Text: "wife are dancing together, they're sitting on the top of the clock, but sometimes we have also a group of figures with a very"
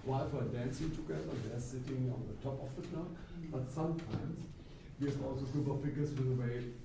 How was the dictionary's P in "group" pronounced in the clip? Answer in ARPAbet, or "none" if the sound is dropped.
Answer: B